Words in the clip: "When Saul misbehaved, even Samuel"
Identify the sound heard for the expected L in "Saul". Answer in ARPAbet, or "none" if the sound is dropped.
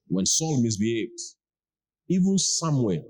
L